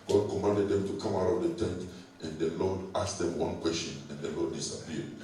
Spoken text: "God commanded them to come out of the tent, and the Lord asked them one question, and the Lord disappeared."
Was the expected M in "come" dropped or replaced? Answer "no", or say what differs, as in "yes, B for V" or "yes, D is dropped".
no